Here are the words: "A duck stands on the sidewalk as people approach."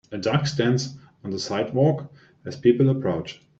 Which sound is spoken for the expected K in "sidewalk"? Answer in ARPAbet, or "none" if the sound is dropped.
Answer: K